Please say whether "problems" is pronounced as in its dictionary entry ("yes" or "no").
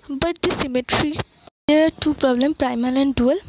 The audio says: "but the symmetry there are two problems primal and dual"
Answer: no